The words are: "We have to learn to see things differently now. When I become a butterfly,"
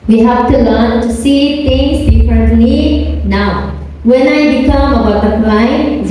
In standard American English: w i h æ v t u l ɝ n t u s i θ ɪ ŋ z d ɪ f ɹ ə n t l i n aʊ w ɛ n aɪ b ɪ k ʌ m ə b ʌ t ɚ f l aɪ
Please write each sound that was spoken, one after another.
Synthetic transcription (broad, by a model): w i h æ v t u l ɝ n t u s i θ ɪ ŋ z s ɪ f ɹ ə t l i n aʊ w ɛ n aɪ b ɪ k ʌ m ə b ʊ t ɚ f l aɪ